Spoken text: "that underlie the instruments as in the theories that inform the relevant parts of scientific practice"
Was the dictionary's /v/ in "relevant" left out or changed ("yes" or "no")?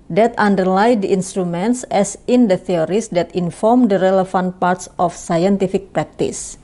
yes